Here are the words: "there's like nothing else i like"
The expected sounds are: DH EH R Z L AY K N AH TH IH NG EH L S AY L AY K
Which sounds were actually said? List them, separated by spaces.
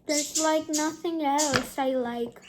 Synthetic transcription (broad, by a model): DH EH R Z L AY K N AH TH IH NG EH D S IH L AY K